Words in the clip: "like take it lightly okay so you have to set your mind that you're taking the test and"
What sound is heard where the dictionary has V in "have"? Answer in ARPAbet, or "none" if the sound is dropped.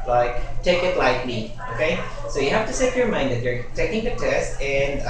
F